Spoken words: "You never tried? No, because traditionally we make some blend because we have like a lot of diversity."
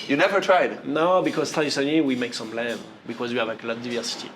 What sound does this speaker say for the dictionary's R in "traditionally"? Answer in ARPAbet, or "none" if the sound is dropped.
none